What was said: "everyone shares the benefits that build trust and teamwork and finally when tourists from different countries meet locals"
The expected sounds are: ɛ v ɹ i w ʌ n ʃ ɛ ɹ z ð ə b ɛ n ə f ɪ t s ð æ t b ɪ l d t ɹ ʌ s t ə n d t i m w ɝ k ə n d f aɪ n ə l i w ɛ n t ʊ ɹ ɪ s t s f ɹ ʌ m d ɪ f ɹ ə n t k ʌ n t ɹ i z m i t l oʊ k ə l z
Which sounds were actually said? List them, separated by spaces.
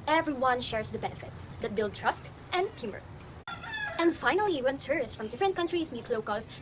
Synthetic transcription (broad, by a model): ɛ v ɹ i w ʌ n ʃ ɛ ɹ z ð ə b ɛ n ə f ɪ t s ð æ t b ɪ l d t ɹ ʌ s t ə n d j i m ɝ ə n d f aɪ n ə l i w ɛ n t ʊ ɹ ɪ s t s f ɹ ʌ m d ɪ f ɹ ə n t k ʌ n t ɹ i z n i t l oʊ k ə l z